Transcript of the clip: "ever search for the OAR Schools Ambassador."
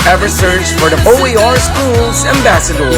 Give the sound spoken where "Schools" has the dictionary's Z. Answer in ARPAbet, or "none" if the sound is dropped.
Z